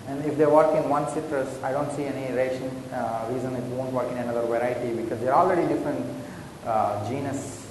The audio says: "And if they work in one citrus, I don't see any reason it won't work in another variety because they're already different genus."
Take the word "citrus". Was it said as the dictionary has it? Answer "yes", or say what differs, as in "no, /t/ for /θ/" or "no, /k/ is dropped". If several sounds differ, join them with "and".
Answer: yes